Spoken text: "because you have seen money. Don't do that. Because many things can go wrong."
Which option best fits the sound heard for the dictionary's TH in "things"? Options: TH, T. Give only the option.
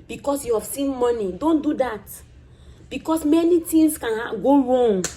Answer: T